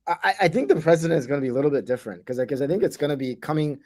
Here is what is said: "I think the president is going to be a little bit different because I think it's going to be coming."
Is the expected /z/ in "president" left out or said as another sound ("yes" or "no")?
no